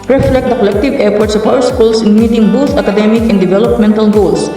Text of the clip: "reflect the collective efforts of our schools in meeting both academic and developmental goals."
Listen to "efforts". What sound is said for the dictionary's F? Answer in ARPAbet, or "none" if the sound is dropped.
P